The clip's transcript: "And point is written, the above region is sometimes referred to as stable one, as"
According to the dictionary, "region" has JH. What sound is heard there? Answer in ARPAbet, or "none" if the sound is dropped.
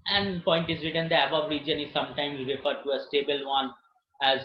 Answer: JH